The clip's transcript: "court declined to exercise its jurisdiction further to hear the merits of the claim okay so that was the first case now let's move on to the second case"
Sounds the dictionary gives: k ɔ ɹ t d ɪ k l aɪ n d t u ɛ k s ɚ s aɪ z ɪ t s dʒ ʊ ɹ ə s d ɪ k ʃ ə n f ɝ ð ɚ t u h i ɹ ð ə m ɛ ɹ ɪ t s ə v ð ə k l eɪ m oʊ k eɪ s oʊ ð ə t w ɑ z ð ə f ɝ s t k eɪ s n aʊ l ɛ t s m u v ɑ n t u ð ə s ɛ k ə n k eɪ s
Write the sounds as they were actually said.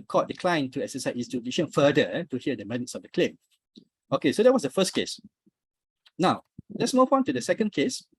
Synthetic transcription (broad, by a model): k ɔ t d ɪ k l aɪ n t u ɛ k s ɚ s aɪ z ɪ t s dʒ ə d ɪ ʃ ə n f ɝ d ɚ t u h i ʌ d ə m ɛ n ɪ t s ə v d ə k l eɪ m oʊ k eɪ s oʊ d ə t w ɑ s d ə f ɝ s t k eɪ s n aʊ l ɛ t s m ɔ p ɑ n t u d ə s ɛ k ə n k eɪ s